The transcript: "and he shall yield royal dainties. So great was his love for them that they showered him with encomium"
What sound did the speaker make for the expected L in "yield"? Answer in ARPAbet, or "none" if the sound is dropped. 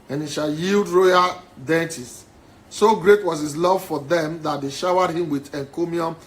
L